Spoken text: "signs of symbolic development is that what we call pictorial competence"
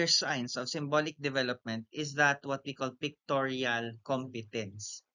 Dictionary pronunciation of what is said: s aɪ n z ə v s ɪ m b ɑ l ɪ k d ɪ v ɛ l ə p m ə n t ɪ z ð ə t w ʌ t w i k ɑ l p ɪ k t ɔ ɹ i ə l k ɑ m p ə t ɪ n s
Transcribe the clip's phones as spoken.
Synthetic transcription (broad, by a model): s aɪ n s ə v s ɪ m b ɑ l ɪ k d ɪ v ɛ l ə p m ə n t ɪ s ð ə t w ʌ t w i k ɑ l p ɪ k t ɔ ɹ i ə l k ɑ m p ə t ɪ n s